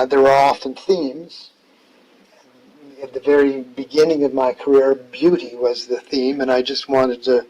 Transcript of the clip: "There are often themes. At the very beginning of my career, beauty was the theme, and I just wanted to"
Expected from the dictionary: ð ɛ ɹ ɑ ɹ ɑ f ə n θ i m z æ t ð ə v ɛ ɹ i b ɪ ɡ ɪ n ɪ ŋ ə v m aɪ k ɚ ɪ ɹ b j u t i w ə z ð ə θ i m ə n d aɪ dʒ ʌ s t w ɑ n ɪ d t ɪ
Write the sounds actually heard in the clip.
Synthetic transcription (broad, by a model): ð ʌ ɹ ɹ ɑ f ə n θ i m z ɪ t ð ə v ɛ ɹ i b ɪ ɡ ɪ n ɪ ŋ ə v m aɪ k ɚ ɪ ɹ b j u t i w ə z ð ə θ i m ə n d aɪ dʒ ʌ s t w ɑ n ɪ d t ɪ